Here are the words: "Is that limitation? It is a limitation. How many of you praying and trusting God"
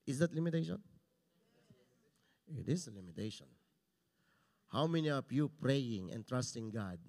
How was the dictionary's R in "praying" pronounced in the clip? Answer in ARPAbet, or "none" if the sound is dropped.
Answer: R